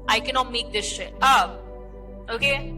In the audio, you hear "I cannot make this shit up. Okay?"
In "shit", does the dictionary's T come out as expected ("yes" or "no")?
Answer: no